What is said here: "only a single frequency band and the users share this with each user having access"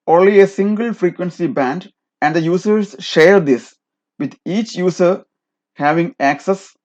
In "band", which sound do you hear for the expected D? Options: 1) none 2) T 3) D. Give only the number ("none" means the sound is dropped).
3